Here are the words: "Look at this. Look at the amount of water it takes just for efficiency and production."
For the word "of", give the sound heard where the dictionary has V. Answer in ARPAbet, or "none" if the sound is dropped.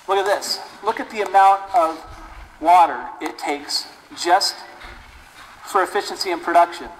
V